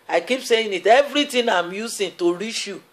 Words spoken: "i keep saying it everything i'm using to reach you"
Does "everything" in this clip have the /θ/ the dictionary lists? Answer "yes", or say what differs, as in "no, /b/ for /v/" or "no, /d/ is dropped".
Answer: no, /t/ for /θ/